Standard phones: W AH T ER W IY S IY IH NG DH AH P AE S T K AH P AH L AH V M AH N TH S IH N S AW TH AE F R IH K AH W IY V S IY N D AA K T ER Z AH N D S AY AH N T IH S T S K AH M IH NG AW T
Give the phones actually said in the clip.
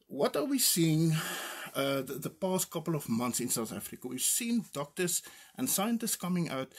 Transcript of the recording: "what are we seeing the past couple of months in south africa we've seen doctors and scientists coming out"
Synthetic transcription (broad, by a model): W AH T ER W IY S IY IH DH DH AH P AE S T K AH P AH L AH V M AH N TH S IH N S AW TH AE F R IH K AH W IY V S IY N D AA K T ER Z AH N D S AY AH N T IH S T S K AH M IH NG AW T